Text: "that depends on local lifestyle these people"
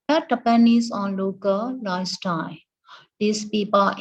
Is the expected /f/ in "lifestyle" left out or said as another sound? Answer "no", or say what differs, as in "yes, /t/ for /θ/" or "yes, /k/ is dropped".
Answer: yes, /f/ is dropped